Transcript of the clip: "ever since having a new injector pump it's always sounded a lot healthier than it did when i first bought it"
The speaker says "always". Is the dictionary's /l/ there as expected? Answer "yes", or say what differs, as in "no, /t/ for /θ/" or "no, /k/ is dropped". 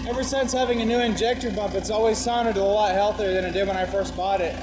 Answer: yes